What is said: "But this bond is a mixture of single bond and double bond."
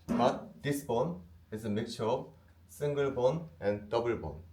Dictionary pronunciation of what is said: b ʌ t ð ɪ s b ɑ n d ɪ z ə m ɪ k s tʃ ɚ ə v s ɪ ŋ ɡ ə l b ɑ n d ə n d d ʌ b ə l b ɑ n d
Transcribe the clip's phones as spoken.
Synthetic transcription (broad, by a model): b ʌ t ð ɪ s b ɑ n ɪ z ə m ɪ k tʃ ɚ ə v s ɪ ŋ ɡ ə l b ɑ n ə n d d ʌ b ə l b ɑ n